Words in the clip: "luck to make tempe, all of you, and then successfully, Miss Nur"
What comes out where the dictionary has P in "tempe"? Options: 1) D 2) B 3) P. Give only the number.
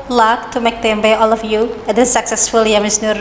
2